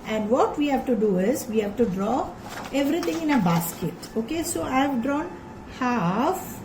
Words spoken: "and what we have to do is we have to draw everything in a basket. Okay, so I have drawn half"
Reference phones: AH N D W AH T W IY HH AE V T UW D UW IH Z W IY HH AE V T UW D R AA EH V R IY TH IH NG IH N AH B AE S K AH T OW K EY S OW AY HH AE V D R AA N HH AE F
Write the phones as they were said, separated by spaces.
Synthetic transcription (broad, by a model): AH N D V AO T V IY HH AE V T UW D UW IH Z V IY HH AE V T UW D R AA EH V R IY T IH NG IH N AH B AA S K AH T OW K EY S OW AY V D R AA N HH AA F